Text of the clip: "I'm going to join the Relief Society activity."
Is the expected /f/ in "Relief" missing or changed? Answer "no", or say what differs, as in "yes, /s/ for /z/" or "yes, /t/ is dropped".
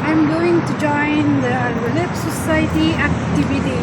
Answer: yes, /p/ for /f/